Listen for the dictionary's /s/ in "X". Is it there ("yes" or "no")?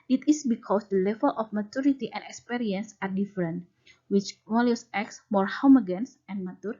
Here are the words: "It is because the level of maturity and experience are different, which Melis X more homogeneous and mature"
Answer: yes